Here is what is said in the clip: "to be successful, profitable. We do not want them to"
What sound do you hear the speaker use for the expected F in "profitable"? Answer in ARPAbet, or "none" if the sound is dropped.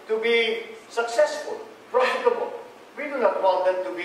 none